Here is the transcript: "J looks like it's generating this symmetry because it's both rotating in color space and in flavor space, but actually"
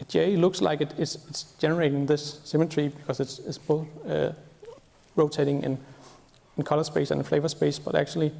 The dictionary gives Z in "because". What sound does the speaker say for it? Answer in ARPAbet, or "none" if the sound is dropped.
S